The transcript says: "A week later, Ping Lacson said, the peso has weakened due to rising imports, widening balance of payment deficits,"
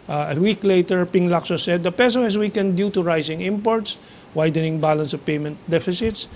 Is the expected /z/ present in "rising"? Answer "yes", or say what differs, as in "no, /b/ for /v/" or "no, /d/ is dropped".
no, /s/ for /z/